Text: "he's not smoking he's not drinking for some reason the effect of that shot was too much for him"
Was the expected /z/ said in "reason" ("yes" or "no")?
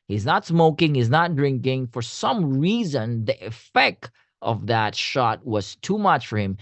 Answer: yes